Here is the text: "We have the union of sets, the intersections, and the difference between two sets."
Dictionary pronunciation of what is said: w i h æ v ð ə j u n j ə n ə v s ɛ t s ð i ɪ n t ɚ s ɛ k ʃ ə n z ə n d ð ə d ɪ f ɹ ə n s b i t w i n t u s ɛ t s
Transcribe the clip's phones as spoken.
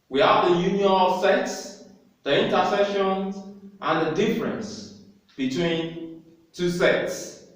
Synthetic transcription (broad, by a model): w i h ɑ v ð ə j u n j ə n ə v s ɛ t s ð i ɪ n t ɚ s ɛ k ʃ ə n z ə n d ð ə d ɪ f ɹ ə n s b i t w i n t u s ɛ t s